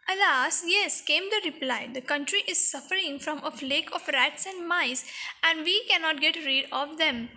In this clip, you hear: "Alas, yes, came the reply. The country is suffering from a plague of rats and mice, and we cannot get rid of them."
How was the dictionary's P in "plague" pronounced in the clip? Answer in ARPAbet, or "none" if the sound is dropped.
F